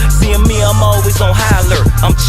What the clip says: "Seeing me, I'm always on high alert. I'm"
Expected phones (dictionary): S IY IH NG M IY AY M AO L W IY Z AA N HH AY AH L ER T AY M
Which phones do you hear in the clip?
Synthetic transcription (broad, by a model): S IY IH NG M IY AY M AO L W IY Z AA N HH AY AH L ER AY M